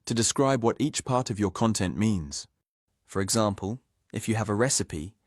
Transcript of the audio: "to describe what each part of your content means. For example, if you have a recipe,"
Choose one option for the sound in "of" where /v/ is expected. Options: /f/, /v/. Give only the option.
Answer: /v/